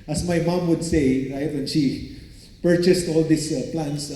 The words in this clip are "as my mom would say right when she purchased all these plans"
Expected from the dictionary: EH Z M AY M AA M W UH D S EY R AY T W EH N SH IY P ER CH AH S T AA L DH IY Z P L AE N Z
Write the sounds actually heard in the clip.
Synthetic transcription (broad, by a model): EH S M AY M AA M W UH D S EY R AY T W EH N SH IY P ER CH AH S T AA L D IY S P L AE N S